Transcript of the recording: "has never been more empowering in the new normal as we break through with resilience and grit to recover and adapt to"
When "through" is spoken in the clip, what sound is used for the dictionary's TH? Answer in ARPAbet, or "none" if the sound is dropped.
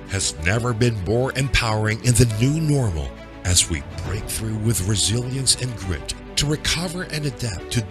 TH